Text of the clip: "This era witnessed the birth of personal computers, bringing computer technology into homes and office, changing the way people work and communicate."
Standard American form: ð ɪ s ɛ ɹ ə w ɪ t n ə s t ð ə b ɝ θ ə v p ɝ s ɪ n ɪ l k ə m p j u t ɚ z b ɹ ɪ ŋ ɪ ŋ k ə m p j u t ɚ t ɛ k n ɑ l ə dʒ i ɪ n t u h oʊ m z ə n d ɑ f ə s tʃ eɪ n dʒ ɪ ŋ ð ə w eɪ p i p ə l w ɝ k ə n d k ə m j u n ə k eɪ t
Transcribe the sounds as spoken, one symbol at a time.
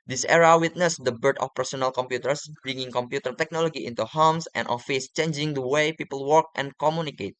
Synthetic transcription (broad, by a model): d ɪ s ɛ ɹ ə w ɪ t n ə s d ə b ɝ t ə f p ɝ s ɪ n ɪ l k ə m p j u t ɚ s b ɹ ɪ ŋ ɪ ŋ k ə m p j u t ɚ t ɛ k n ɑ l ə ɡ i ɪ n t u h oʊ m s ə n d ɑ f ə s tʃ eɪ n dʒ ɪ ŋ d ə w eɪ p i p ə l w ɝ k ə n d k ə m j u n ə k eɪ t